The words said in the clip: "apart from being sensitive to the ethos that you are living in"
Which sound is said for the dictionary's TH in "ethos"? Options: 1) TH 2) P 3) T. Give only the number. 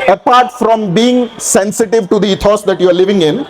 3